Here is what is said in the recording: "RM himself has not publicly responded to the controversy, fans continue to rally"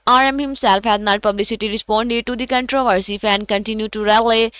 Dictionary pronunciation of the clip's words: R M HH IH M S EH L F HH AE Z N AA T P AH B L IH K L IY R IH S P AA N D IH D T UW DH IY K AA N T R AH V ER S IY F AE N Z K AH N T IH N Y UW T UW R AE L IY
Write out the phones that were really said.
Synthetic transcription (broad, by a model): R M HH IH M S EH L F HH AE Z N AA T P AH B L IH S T IY R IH S P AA N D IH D T UW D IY K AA N T R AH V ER S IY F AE N K AH N T IH N Y UW T UW R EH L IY